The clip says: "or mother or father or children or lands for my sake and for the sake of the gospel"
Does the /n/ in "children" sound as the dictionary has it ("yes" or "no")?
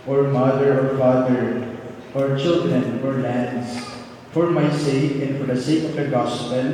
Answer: yes